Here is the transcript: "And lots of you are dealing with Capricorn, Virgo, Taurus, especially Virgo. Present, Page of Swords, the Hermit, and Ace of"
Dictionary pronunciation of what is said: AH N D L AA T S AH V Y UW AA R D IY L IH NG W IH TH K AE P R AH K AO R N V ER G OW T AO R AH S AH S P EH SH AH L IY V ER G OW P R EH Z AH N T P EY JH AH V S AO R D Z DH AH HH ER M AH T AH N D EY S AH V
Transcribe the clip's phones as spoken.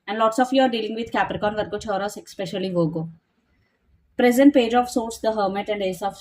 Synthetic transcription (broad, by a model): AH N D L AA T S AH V Y UW AA R D IY L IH NG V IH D K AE P R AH K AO N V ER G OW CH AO R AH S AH S P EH SH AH L IY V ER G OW P R EH Z AH N T P EY JH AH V S AO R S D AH HH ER M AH T AH N D EY S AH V